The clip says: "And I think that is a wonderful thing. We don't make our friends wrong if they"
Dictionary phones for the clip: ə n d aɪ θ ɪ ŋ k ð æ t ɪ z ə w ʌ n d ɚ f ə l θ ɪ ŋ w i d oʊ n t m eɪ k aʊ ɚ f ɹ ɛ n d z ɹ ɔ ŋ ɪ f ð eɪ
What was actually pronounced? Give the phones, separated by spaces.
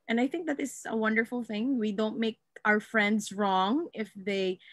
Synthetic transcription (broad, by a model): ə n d aɪ θ ɪ ŋ k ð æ t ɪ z ə w ʌ n d ɚ f ə l θ ɪ ŋ w i d oʊ n t m eɪ k aʊ ɚ f ɹ ɛ n d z ɹ ɔ ŋ ɪ f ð eɪ